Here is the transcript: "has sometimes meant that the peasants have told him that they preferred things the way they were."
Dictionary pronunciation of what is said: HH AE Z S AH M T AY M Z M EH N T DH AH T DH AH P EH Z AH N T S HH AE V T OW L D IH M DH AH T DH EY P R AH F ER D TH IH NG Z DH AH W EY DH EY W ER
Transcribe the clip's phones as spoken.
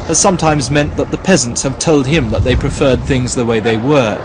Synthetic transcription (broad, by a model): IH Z S AH M T AY M Z M EH N DH AH T DH AH P EH Z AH N T S HH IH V T OW L D IH M DH AH T DH EY P R AH F ER D TH IH NG Z DH AH W EY DH EY W ER